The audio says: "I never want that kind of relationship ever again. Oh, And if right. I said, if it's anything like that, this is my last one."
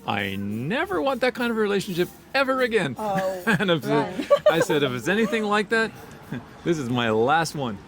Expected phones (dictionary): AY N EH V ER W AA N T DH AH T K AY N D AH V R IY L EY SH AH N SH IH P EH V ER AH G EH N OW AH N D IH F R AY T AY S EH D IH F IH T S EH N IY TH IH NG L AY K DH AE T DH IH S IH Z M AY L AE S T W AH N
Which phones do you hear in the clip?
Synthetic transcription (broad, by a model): AY N EH V ER W AA N DH AH T K AY N D AH V R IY L EY SH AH N SH IH P EH V ER AH G EH N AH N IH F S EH AY S EH D IH F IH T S EH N IY TH IH NG L AY K DH AE T DH IH S IH Z M AY L AE S T W AH N